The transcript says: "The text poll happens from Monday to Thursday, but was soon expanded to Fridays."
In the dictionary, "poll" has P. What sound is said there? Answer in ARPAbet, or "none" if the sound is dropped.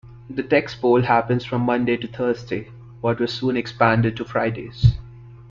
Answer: B